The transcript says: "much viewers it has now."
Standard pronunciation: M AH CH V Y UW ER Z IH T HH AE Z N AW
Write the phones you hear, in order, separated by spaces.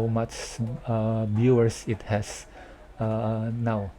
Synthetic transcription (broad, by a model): M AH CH B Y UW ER S IH T HH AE S N AW